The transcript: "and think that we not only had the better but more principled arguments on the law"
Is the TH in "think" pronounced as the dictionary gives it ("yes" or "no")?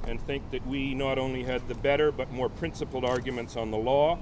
yes